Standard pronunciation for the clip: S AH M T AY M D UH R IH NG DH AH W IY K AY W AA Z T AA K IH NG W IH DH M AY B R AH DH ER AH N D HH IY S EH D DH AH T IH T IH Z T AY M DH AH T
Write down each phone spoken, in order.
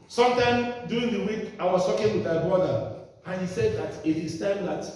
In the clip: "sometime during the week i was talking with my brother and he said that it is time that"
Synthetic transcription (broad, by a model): S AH M T AY M D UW IH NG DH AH W IY K AY W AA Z T AA K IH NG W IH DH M AY B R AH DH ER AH N HH IY S EH D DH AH T IH T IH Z T AY M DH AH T